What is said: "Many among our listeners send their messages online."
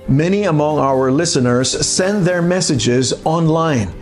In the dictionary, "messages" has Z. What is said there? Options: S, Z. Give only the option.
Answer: Z